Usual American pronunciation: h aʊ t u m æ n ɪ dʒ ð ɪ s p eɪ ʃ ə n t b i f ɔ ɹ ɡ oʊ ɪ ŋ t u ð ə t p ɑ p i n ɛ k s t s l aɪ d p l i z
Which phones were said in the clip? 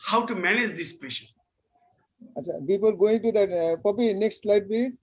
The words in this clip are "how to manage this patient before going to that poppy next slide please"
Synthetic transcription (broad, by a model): h aʊ t u m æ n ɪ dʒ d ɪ s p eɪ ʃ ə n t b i p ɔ l ɡ oʊ ɪ ŋ t u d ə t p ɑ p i n ɛ k s t s l aɪ d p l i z